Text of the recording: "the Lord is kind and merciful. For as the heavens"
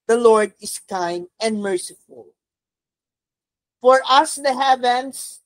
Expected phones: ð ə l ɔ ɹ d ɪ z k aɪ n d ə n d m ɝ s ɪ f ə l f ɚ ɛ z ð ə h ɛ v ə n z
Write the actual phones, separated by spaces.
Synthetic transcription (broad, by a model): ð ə l ɔ ɹ d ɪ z k aɪ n ə n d m ɝ s ɪ f ə l f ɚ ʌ s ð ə h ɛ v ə n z